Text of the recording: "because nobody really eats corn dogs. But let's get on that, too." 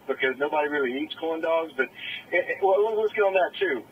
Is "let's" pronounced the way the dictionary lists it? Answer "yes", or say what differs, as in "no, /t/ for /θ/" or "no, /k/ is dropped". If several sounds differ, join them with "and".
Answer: no, /w/ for /l/